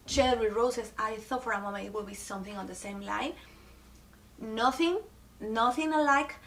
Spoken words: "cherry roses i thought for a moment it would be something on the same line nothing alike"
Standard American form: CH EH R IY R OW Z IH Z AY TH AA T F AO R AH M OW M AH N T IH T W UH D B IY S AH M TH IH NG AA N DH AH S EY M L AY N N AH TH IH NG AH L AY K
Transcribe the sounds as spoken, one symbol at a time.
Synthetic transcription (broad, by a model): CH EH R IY R OW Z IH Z AY TH AA T F AO R AH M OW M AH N IH T W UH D B IY S AH M TH IH NG AA N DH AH S EY M L AY N N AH TH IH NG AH L AY K